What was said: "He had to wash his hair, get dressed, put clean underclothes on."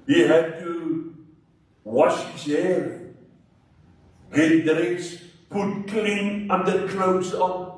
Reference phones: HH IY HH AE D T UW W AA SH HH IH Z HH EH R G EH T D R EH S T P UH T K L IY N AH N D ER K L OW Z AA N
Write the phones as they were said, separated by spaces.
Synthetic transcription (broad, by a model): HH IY HH AE D T UW W AA SH HH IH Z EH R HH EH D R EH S P UH T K L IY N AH N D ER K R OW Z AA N